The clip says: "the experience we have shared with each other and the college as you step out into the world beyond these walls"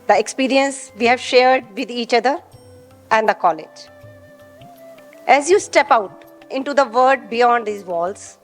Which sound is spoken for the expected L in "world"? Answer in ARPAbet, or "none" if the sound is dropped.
none